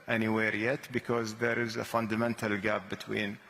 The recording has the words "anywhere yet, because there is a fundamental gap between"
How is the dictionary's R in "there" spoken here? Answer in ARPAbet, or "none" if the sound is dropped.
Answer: R